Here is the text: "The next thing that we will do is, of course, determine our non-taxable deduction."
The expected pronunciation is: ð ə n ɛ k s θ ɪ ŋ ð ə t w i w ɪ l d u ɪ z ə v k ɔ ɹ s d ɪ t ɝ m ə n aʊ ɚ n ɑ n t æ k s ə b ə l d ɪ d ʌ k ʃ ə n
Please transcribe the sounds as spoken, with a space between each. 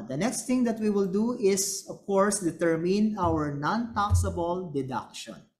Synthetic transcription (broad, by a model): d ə n ɛ k s t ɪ ŋ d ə t w i w ɪ l d u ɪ s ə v k ɔ ɹ s d ɪ t ɝ m ə n aʊ ɚ n ɑ n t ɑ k s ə b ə l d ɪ d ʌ k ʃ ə n